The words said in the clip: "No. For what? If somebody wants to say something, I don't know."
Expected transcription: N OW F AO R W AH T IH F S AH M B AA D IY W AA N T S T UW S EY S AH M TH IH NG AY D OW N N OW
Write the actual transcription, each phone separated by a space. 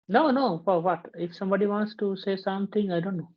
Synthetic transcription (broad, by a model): N OW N AO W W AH T IH F S AH M B AA D IY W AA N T S T UW S EY S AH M T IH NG AY D OW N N OW